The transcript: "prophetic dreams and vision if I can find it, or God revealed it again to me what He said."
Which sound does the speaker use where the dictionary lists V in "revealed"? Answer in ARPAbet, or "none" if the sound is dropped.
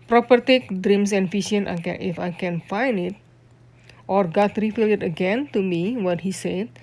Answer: F